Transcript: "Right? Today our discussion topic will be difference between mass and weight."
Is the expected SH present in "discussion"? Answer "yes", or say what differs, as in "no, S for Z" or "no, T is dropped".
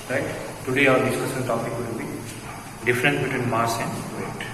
no, S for SH